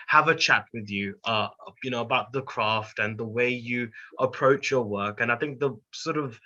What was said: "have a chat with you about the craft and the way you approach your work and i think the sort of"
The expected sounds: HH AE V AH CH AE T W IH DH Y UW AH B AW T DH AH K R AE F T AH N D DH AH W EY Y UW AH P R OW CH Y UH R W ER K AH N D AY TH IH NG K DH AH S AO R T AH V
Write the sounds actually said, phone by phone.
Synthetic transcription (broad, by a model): HH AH V AH CH AE T W IH DH Y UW AH B AW T DH AH K R AE F T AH N DH AH W EY Y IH AH P R OW CH Y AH R W ER K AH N AY TH IH NG K DH AH S AO R T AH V